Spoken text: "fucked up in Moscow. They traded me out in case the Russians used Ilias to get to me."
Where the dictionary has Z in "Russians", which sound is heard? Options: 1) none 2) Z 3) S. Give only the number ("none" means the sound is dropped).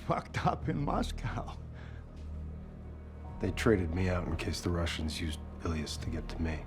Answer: 2